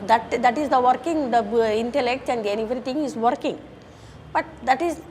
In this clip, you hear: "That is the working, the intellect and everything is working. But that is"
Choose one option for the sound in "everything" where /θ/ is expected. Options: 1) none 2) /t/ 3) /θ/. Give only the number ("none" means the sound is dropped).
2